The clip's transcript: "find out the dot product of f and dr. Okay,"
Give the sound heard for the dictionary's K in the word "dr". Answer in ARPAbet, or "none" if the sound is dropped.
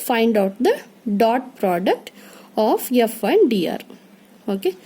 none